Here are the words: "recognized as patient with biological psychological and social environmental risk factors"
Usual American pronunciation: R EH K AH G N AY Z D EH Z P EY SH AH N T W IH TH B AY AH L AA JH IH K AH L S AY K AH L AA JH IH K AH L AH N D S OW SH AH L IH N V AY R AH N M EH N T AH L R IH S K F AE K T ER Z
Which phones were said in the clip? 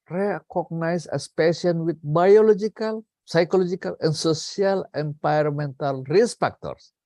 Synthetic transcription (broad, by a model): R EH K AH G N AY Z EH S P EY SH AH N W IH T B AY AH L AA JH IH K AH L S AY K AH L AA JH IH K AH L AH N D S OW S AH L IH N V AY R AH M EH N T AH L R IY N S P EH K T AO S